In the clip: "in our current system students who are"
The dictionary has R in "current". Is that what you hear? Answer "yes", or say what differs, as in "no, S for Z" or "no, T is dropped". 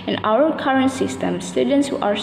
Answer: yes